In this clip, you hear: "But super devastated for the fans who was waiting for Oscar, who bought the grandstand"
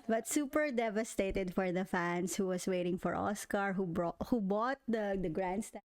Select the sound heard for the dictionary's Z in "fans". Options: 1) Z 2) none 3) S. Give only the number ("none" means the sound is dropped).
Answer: 3